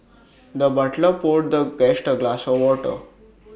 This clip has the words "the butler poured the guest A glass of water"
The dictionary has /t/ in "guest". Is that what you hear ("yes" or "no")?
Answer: yes